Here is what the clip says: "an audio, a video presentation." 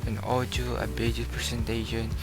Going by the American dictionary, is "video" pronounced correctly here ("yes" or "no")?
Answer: no